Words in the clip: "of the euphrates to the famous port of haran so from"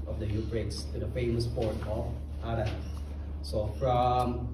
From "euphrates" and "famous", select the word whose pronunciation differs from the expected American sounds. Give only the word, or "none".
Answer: euphrates